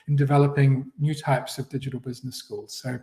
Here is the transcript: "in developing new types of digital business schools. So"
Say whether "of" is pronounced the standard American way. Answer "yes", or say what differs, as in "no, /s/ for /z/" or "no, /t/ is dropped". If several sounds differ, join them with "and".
yes